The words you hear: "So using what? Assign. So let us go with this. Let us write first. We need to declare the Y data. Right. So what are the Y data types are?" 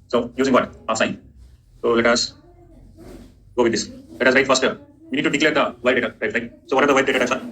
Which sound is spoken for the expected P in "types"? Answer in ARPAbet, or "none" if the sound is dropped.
none